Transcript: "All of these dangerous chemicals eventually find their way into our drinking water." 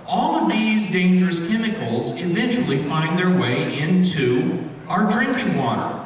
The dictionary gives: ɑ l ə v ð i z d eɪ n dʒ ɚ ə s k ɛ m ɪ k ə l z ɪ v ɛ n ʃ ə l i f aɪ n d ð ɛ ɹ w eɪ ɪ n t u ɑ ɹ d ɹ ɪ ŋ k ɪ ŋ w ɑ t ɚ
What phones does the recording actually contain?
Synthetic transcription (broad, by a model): ɑ l ə v ð i z d eɪ n dʒ ɚ ə s k ɛ m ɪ k l z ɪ v ɛ n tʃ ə l i f aɪ n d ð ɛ ɹ w eɪ ɪ n t u ɑ ɹ d ɹ ɪ ŋ k ɪ ŋ w ɑ t ɚ